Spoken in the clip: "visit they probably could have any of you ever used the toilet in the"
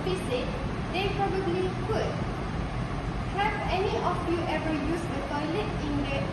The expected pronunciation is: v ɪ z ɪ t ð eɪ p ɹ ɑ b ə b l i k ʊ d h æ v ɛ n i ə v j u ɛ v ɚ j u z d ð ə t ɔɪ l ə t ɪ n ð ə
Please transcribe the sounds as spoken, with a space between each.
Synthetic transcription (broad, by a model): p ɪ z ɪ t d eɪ p ɹ ɑ b ə b l i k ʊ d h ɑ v ɛ n i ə f j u ɛ v ɚ j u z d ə t ɔɪ l ə t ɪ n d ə